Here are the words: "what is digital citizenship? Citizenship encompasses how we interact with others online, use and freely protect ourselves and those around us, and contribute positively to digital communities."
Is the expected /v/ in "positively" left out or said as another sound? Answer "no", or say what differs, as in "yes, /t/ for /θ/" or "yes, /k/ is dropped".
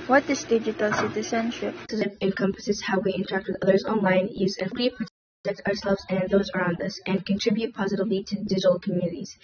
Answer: no